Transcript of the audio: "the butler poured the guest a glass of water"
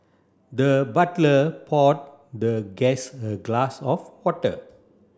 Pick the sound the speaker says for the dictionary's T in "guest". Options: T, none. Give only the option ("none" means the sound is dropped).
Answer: none